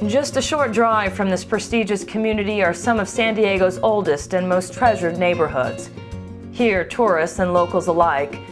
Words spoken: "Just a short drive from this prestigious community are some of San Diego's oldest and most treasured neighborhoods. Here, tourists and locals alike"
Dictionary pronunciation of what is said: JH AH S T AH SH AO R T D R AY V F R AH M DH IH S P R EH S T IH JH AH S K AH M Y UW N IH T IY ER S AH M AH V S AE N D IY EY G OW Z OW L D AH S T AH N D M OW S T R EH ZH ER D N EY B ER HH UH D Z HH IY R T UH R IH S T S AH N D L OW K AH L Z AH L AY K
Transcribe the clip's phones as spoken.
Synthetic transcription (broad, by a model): JH AH S T AH SH AO R T D R AY V F R AH M DH IH S P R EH S T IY JH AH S K AH M Y UW N IH T IY ER S AH M AH V S AE N D IY EY G OW Z OW L D AH S T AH N M OW S T R EH ZH ER D N EY B ER HH UH D Z HH IY R T UH R IH S T S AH N L OW K L Z AH L AY K